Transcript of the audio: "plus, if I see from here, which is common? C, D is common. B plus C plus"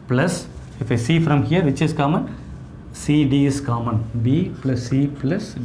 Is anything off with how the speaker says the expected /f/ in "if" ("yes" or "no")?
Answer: no